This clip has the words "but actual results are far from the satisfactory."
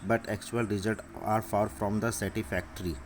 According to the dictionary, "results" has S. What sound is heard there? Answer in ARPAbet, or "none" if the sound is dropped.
none